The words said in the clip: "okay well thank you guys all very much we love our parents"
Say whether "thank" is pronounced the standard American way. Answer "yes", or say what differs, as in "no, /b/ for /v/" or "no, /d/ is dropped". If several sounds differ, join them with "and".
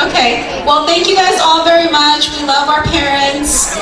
yes